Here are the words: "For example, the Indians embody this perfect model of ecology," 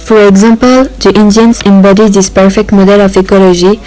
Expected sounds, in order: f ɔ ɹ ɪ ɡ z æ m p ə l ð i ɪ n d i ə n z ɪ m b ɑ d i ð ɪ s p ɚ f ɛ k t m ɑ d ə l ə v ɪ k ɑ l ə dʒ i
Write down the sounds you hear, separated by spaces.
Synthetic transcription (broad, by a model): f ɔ ɹ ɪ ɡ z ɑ m p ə l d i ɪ n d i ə n s ɪ m b ɑ d i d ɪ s p ɚ f ɛ k t m ɑ d ə l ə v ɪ k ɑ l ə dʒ i